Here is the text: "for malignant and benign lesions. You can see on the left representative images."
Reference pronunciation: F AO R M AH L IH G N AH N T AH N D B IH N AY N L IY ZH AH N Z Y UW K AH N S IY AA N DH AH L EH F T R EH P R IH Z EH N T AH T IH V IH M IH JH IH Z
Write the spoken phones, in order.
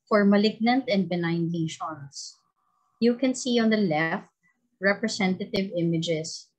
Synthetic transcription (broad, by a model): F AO R M AH L IH G N AH N T AH N D B IH N AY N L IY SH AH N S Y UW K AH N S IY AA N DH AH L EH F T R EH P R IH S EH N T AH T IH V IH M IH JH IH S